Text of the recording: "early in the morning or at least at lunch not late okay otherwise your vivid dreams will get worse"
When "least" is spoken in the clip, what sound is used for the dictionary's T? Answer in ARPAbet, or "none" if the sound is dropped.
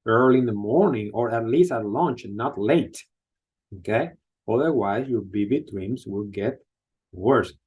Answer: T